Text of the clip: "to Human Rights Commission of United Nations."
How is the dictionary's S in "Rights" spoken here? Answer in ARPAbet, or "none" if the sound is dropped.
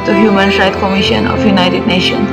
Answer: none